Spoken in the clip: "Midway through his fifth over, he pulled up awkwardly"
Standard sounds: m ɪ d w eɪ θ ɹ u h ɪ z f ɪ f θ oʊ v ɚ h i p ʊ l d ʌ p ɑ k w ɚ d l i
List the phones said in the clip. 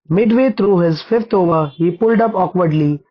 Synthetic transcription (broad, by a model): m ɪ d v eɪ t ɹ u h ɪ z f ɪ f t oʊ v ɚ h i p ʊ l d ʌ p ɑ k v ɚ d l i